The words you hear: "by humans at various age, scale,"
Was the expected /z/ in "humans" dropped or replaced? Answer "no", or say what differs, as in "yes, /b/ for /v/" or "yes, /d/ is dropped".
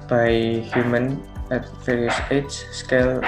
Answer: yes, /z/ is dropped